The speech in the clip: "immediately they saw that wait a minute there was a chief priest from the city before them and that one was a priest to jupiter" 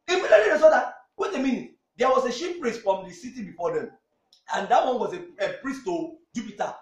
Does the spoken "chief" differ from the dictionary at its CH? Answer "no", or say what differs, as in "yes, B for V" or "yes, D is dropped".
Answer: yes, SH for CH